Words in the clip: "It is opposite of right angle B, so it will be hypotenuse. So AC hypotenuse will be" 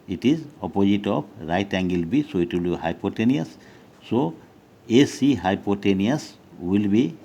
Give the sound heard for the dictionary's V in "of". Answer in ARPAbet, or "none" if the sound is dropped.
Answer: P